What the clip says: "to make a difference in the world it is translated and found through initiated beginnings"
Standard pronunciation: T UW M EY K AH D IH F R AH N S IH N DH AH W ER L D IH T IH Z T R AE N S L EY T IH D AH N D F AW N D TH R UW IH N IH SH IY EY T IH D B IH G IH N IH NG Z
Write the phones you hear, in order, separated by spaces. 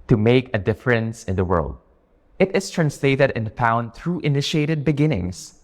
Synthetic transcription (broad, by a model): T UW M EY K AH D IH F R AH N S IH N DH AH W ER L D IH T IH S T R AE N S L EY T IH D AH N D F AW N D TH R UW IH N IH SH IY EY T IH D B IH G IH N IH NG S